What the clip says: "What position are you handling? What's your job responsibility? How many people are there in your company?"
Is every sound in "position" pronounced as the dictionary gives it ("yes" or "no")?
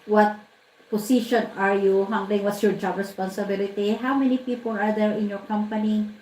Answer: no